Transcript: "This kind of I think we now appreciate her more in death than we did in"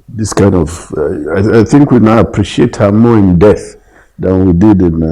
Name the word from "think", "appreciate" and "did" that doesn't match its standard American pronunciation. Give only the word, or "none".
none